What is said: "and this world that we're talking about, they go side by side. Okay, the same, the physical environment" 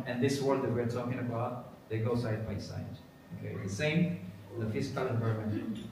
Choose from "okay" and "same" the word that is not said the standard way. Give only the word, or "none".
none